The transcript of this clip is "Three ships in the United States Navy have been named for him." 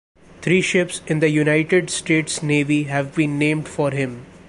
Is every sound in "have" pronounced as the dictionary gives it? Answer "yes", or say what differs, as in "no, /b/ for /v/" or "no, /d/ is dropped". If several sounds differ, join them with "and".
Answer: yes